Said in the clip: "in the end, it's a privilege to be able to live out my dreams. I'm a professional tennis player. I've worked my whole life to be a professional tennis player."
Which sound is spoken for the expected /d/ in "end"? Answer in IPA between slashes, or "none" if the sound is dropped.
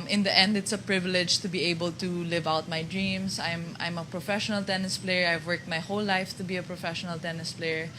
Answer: /d/